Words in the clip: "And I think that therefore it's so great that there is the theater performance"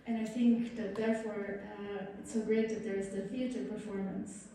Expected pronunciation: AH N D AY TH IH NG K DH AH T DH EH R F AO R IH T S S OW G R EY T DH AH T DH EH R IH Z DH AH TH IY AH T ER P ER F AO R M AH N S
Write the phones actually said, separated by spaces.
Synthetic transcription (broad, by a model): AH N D AY TH IH NG K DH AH T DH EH R F AO R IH T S S OW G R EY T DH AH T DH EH R IH Z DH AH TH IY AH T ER P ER F AO R M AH N S